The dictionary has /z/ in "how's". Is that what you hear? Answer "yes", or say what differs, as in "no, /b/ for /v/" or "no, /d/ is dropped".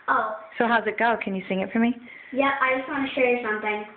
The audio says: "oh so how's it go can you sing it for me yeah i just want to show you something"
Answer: yes